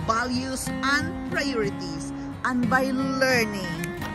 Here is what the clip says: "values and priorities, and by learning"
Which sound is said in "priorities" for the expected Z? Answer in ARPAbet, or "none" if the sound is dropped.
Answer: S